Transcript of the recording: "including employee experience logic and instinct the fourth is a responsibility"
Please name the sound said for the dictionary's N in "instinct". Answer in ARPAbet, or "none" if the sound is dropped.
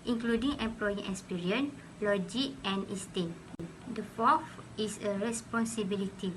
none